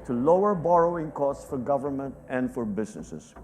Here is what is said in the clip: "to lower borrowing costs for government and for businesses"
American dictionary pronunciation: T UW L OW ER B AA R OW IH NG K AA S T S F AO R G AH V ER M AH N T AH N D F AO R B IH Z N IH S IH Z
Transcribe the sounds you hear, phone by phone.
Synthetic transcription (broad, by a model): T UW L OW ER B AA R OW IH NG K AA S T S F AO R G AH V ER M AH N T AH N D F AO R B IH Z N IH S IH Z